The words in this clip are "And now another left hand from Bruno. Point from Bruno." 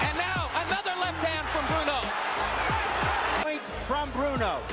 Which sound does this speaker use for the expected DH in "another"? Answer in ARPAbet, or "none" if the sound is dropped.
DH